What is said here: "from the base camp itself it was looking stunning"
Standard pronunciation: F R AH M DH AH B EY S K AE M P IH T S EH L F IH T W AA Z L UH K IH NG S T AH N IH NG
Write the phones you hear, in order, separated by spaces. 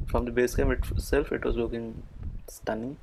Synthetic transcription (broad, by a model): F R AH M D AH B EY S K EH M IH T S EH L F IH T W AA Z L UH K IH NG S T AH N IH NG